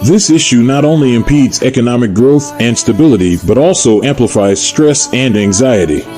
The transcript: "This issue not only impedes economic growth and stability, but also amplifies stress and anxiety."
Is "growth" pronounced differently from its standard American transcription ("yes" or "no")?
no